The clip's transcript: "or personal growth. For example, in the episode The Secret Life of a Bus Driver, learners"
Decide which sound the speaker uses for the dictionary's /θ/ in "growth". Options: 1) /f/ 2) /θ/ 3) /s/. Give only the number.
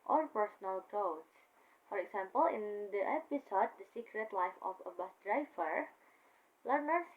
3